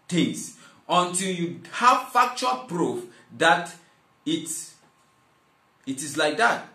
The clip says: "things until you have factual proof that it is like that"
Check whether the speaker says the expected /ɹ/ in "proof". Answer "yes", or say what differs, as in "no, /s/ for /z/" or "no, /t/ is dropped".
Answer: yes